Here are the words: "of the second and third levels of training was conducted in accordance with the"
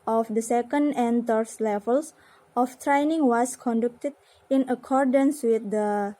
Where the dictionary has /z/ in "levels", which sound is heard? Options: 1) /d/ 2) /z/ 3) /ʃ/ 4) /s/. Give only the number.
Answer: 4